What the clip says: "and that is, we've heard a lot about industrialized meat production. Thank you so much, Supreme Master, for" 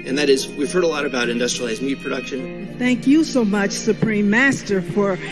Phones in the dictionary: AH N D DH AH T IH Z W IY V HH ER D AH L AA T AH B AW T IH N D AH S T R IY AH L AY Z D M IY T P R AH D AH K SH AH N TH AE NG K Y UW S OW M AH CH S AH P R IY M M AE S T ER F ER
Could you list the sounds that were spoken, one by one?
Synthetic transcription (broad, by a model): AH N DH AH T IH Z W IY V HH ER D AH L AA T AH B AW T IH N D AH S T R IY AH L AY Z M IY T P R AH D AH K SH AH N TH AE NG K Y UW S OW M AH CH S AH P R IY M M AE S T ER F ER